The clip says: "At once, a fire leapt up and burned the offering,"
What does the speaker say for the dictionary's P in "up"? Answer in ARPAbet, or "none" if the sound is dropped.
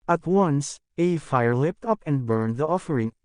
P